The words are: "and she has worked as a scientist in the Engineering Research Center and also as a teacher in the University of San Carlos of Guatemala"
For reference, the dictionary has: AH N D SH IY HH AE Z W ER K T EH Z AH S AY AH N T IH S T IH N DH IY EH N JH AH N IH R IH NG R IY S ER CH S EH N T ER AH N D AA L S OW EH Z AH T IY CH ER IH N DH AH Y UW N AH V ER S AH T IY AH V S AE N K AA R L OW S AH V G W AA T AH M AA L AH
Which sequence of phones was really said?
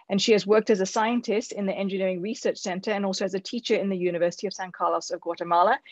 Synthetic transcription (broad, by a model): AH N SH IY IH Z W ER K T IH Z AH S AY AH N T IH S T IH N DH IY EH N JH AH N IH R IH NG R IY S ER CH S EH N T ER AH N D AA L S OW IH Z AH T IY CH ER IH N DH AH Y UW N AH V ER S AH T IY AH V S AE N K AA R L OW S AH V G W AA T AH M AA L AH